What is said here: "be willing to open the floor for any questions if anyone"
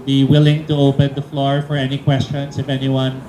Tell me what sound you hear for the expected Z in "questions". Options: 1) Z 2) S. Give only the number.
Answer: 2